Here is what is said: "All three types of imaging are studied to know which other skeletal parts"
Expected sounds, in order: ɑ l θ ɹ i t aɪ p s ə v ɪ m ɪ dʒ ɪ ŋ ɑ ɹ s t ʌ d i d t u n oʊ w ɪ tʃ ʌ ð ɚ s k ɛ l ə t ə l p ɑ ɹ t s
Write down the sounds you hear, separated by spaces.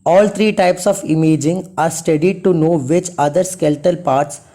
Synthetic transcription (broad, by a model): ɑ l t ɹ i t aɪ p s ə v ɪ m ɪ dʒ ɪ ŋ ɑ ɹ s t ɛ d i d t u n oʊ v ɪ tʃ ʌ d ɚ s k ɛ l t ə l p ɑ ɹ t s